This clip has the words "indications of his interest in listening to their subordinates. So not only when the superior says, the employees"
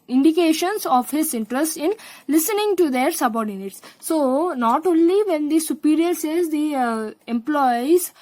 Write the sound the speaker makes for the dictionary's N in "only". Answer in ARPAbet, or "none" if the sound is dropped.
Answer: N